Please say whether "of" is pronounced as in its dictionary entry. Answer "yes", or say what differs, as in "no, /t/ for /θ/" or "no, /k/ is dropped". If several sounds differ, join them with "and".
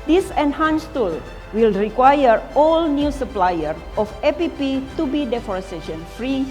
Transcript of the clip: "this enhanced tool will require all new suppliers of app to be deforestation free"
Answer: no, /p/ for /v/